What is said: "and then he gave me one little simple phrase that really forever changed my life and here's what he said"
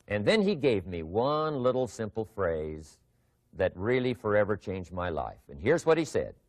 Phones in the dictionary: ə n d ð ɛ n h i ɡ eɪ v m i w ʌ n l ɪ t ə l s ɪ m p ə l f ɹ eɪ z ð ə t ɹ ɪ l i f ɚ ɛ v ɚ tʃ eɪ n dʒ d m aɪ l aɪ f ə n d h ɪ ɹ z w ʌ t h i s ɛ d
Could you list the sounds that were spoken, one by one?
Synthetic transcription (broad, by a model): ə n ð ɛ n i ɡ eɪ v m i w ʌ n l ɪ t l s ɪ m p l f ɹ eɪ z ð ə t ɹ ɪ l i f ɚ ɛ v ɚ tʃ eɪ n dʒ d m aɪ l aɪ f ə n h ɪ ɹ z w ʌ t h i s ɛ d